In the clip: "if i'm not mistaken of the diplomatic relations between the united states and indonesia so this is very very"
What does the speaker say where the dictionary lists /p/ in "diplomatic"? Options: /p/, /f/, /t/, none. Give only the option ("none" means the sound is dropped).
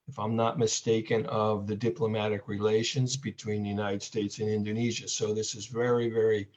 /p/